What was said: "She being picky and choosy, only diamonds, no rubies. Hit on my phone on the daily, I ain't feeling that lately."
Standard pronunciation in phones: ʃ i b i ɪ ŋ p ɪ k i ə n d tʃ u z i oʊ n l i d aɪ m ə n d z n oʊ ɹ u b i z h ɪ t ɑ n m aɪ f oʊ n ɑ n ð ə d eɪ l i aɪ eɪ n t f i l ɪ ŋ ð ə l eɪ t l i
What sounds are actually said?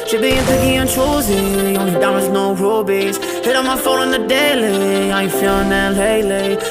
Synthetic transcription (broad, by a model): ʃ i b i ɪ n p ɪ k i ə n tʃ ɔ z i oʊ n i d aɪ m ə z n oʊ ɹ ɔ b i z h ɪ t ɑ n m aɪ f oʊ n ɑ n ð ə d eɪ l i aɪ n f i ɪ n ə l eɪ l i